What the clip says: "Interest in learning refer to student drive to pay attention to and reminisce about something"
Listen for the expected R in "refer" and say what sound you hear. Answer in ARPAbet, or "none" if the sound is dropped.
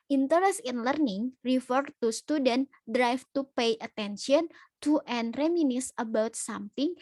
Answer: R